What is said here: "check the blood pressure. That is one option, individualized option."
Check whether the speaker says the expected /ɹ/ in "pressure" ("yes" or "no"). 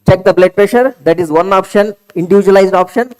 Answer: yes